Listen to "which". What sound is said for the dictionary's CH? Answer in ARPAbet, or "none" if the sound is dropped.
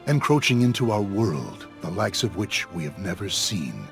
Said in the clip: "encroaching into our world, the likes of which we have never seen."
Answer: CH